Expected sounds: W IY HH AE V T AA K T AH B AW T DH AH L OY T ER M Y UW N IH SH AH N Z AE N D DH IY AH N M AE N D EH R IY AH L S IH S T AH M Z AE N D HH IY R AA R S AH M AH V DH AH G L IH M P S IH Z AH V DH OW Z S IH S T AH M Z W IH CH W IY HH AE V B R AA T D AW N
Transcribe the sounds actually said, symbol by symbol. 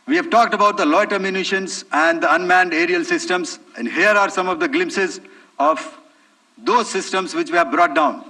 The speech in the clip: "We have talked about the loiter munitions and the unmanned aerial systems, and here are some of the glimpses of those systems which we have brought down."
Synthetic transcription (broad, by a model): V IY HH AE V T AA K T AH B AW T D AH L OY T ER M Y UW N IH SH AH N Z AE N D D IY AH N M AE N D EH R IY AH L S IH S T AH M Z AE N D HH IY R AA R S AH M AH V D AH G L IH M P S IH Z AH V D OW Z S IH S T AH M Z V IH CH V IY HH AE V B R AA T D AW N